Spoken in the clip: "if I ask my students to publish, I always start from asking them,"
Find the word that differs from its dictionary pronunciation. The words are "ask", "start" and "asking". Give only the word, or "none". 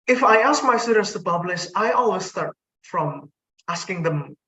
none